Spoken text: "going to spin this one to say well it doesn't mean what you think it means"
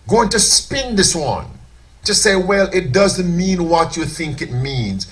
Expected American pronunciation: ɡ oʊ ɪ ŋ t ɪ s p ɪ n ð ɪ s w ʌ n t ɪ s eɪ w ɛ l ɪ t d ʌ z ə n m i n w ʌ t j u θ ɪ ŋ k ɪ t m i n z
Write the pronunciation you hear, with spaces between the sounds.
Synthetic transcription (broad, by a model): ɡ oʊ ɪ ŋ t ɪ s p ɪ n ð ɪ s w ʌ n t ɪ s eɪ w ɛ l ɪ t d ʌ z ə n m i n w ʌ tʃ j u θ ɪ ŋ k ɪ t m i n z